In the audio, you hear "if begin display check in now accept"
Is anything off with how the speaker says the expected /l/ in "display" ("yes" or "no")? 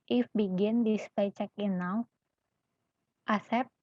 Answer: yes